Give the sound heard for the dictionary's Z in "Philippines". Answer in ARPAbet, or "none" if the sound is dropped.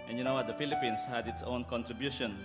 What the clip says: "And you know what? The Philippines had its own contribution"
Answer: S